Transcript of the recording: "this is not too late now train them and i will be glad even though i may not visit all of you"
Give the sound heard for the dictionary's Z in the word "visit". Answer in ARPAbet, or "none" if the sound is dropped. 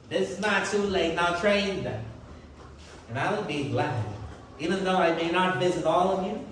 Z